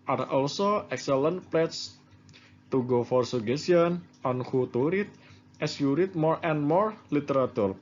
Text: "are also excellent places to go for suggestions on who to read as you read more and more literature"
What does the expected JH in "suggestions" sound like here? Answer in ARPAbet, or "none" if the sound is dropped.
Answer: none